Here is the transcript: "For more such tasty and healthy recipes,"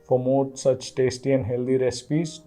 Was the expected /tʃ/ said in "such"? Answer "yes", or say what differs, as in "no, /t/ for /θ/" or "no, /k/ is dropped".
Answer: yes